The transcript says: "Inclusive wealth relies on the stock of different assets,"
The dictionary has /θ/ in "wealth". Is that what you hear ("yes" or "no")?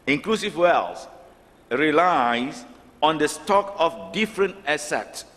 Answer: no